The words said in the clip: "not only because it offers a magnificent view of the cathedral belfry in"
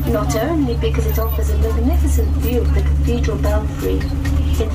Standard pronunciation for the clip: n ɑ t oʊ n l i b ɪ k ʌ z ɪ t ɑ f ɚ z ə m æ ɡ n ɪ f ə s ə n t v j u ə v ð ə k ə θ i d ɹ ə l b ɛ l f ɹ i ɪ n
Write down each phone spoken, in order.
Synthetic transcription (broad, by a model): n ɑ t oʊ n l i b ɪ k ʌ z ɪ t ɑ f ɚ z ə m æ ɡ n ɪ f ə s ə n t v j u ə v ð ə k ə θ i d ɹ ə l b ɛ n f ɹ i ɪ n